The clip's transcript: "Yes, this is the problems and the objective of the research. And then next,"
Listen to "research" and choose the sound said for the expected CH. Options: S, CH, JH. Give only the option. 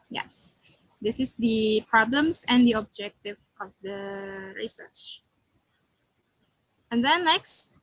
CH